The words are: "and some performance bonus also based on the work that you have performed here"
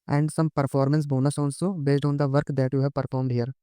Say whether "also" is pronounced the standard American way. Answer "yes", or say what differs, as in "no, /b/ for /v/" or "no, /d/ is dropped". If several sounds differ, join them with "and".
no, /n/ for /l/